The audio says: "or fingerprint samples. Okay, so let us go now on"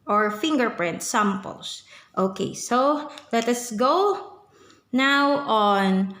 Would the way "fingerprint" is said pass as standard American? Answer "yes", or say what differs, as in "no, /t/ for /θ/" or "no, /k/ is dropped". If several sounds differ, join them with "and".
yes